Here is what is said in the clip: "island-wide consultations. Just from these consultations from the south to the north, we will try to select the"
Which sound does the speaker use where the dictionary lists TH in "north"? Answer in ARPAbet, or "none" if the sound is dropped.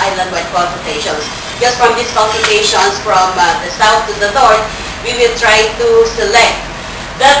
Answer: T